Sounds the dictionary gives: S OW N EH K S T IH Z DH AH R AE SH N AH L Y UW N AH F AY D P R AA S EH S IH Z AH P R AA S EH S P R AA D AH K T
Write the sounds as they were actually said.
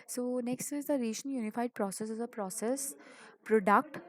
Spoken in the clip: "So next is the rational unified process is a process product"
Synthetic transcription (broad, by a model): S OW N EH K S T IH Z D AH R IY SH AH N Y UW N AH F AY D P R AA S EH S IH Z AH P R AA S EH S P R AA D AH K T